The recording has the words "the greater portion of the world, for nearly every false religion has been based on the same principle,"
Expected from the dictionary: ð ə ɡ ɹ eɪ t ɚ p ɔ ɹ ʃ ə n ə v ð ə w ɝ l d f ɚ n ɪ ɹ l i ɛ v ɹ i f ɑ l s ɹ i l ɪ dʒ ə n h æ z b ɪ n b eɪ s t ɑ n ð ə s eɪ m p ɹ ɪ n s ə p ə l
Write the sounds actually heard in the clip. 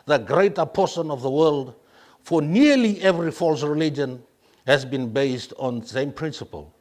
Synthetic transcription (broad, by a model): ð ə ɡ ɹ eɪ t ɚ p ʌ ɹ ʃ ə n ə v ð ə w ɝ l d f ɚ n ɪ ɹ l i ɛ v ɹ i f ɑ l s ɹ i l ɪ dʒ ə n h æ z b ɪ n b eɪ s t ɑ n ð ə s eɪ m p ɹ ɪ n s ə p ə l